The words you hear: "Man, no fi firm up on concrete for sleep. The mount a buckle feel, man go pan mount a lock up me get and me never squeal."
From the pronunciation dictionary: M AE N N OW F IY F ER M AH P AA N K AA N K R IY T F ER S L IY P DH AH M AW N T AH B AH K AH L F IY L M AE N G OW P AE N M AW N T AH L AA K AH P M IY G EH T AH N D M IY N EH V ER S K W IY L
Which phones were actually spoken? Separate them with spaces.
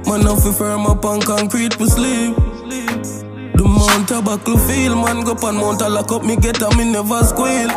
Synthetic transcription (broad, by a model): M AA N N OW F IY F ER M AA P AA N K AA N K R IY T P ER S L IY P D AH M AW N T AH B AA K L F IY L M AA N G OW P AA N M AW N T AH L AA K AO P M IY G EH T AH M IY N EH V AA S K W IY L